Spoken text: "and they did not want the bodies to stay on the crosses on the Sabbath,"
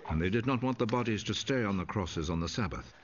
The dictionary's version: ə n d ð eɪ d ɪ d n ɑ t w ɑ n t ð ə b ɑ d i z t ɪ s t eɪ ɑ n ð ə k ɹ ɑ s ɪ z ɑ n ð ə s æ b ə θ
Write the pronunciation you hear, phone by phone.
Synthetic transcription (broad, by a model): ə n ð eɪ d ɪ d n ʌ t w ɑ n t ð ə b ɑ d i z t ɪ s t eɪ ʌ n ð ə k ɹ ɑ s ɪ z n ð ə s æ b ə θ